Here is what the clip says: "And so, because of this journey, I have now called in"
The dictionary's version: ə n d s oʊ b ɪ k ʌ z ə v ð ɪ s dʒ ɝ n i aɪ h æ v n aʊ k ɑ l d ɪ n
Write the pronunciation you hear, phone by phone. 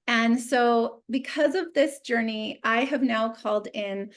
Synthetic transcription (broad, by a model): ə n s oʊ b ɪ k ʌ z ə v ð ɪ s dʒ ɝ n i aɪ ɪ v n aʊ k ɑ l d ɪ n